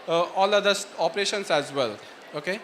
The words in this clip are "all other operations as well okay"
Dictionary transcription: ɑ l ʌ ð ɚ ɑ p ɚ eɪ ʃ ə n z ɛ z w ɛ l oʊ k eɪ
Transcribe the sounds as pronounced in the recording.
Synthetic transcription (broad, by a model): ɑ l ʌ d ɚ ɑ p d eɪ ʃ ə n s ɛ z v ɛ l oʊ k eɪ